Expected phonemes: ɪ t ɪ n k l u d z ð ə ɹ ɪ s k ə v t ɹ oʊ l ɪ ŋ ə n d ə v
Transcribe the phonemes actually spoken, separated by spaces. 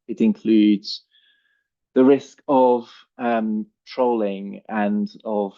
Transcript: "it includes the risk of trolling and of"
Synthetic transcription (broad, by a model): ɪ t ɪ n k l u d z ð ə ɹ ɪ s k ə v t ɹ oʊ l ɪ ŋ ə n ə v